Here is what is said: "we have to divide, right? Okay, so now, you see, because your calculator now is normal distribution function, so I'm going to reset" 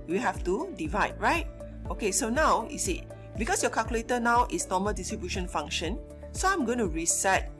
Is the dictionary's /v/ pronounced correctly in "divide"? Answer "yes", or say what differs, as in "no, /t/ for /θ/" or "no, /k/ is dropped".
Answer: yes